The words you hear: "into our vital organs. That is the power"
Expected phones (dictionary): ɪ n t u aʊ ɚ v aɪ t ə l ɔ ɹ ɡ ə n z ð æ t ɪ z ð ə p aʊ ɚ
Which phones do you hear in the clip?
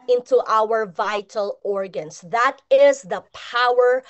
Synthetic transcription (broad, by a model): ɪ n t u aʊ ɚ v aɪ t ə l ɔ ɹ ɡ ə n s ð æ t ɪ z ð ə p aʊ ɚ